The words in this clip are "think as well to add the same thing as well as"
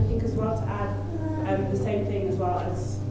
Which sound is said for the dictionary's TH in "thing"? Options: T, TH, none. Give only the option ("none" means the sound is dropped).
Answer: TH